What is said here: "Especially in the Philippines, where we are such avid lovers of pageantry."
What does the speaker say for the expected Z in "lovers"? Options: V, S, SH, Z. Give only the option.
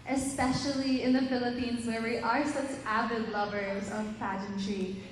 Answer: Z